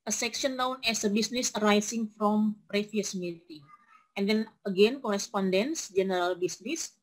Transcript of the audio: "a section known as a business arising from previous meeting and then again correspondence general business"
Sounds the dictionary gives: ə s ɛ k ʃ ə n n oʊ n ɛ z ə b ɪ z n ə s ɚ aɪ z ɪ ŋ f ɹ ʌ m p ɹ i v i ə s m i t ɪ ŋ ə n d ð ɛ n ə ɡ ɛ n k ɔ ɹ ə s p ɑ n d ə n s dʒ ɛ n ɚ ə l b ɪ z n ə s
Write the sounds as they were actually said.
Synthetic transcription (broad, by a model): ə s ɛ k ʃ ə n l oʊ n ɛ s ə b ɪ s n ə s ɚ aɪ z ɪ ŋ f ɹ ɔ m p ɹ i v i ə s m i t ɪ ŋ ə n d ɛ n ə ɡ ɛ n k ɔ ɹ ə s p ɑ n d ə n s dʒ ɛ n ɚ ə l b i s n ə s